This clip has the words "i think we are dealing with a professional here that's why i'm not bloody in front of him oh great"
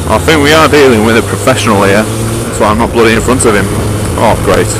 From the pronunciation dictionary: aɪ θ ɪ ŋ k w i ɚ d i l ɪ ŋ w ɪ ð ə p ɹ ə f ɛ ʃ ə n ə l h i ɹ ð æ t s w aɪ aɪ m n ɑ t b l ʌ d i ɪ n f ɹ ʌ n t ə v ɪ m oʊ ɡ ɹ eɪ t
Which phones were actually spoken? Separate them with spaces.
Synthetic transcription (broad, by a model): aɪ θ ɪ ŋ k w i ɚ d i l ɪ ŋ w ɪ ð ə p ɹ ə f ɛ ʃ ə n ə l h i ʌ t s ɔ aɪ m n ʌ t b l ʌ d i ɪ n f ɹ ʌ n t ə v ɪ m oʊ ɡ ɹ eɪ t